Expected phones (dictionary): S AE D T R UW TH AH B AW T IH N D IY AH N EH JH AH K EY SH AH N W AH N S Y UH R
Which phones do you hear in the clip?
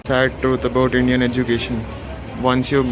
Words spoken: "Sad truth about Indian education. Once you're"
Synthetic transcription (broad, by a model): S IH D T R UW T AH B AW T IH N D IY AH N EH JH AH K EY SH AH N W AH N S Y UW